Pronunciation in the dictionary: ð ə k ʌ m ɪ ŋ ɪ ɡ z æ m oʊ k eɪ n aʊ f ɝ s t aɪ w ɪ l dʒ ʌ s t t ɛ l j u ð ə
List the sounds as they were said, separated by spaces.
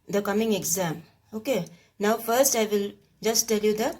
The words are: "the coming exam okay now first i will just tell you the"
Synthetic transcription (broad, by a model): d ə k ʌ m ɪ ŋ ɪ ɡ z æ m oʊ k eɪ n aʊ f ɝ s t aɪ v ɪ l dʒ ʌ s t t ɛ l j u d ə